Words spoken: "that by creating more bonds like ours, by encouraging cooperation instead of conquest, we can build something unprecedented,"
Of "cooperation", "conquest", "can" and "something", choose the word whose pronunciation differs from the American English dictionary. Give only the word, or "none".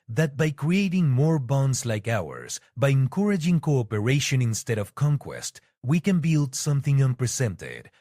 none